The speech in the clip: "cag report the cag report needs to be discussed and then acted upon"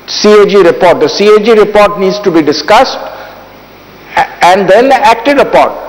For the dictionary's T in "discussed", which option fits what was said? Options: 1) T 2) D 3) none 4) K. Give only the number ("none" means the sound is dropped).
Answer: 1